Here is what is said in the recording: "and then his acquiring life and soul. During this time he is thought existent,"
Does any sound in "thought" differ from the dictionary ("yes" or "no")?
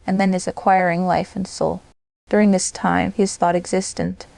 no